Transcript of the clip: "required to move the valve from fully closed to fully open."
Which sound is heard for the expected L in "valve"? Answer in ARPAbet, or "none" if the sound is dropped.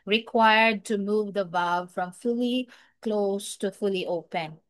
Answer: none